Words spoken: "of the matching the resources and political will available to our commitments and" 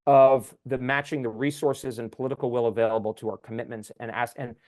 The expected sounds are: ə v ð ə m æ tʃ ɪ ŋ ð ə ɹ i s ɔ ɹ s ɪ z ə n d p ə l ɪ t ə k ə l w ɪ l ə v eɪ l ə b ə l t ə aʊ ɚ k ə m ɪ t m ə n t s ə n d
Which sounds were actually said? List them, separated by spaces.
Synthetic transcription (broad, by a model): ə v ð ə m æ tʃ ɪ ŋ ð ə ɹ i s ɔ ɹ s ɪ z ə n p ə l ɪ t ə k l w ɪ l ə v eɪ l ə b l t ə aʊ ɚ k ə m ɪ t m ə n t s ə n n